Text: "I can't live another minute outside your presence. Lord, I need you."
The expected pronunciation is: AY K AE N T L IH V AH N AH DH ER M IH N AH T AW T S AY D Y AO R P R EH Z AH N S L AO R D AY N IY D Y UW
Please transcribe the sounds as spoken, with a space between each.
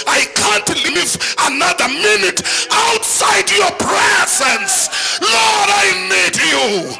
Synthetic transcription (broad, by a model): AY K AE N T L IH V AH N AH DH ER M IH N AH T AW T S AY D Y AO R P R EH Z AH N S L AO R D AY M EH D Y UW